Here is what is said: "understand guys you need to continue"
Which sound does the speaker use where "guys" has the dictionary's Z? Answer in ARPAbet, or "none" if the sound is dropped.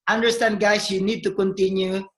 S